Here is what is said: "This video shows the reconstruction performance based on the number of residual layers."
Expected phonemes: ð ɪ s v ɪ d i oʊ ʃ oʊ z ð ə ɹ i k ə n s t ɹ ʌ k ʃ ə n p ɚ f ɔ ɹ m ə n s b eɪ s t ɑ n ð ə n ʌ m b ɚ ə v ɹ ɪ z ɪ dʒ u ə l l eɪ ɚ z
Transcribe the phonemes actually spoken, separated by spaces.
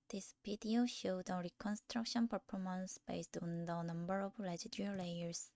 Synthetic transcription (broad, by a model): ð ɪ s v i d i oʊ ʃ oʊ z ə ɹ i k ə n s t ɹ ʌ k ʃ ə n p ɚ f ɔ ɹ m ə n s b eɪ s t ɑ n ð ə n ʌ m b ɚ ə v l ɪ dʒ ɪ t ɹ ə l l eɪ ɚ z